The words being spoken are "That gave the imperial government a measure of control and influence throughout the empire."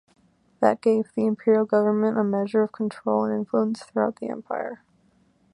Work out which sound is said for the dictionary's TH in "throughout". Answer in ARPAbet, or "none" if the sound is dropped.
TH